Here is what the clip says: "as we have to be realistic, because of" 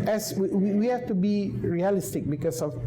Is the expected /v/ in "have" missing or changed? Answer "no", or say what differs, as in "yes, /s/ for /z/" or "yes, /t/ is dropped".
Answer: yes, /f/ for /v/